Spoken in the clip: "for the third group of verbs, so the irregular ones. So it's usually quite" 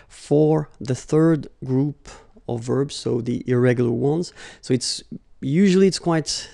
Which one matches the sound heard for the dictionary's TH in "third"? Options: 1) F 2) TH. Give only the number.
2